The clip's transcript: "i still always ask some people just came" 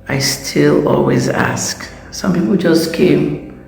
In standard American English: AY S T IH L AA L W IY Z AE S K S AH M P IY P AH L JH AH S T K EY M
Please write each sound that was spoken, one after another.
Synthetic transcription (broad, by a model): AY S T IH L AA L W IY Z AE S K S AH M P IY P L JH AH S T K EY M